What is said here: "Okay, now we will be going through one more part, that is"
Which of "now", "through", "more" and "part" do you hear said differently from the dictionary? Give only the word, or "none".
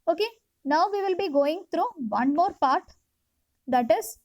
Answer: through